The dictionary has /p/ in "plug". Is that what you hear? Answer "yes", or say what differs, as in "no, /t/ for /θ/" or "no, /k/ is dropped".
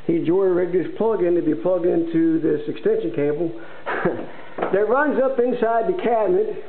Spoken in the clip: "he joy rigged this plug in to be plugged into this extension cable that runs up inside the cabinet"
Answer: yes